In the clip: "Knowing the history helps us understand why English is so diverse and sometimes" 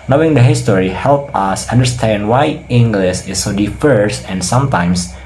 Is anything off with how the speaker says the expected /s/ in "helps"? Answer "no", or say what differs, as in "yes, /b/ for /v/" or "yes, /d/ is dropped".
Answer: yes, /s/ is dropped